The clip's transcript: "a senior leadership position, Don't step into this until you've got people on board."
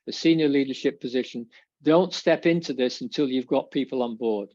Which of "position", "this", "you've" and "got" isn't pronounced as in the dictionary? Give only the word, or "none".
none